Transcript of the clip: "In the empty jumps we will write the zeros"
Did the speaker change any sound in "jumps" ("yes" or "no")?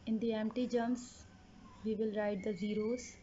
yes